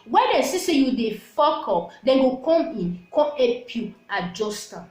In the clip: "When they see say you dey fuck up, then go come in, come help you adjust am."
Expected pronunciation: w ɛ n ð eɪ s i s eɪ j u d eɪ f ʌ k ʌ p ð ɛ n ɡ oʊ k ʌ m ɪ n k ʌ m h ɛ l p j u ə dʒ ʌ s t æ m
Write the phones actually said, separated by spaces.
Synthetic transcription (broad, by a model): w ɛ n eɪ s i s eɪ j u d eɪ f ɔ k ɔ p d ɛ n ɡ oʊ k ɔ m ɪ n k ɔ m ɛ p j u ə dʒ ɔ s t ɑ